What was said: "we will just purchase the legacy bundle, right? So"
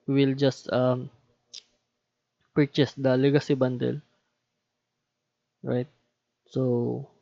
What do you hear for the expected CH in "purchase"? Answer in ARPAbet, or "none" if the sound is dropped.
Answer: CH